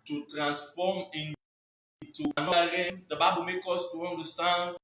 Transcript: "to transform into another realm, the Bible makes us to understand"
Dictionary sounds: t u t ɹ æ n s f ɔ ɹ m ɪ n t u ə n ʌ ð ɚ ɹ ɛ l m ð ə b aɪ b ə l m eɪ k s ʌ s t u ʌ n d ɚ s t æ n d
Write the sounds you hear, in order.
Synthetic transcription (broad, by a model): t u t ɹ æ n s f ɔ m ɪ n t u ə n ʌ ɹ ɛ m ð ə b aɪ b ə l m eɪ k ɔ s t u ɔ n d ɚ s t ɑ n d